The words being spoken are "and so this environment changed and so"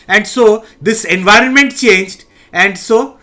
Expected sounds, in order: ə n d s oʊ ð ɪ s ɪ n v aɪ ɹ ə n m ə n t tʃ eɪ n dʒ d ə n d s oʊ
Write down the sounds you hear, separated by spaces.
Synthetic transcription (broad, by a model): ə n d s oʊ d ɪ s ɪ n v aɪ ɹ ə n m ə n t tʃ eɪ n dʒ d ə n d s oʊ